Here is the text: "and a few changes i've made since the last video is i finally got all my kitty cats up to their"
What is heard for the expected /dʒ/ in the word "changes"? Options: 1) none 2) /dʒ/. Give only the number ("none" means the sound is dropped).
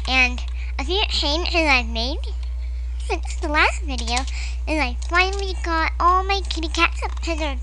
1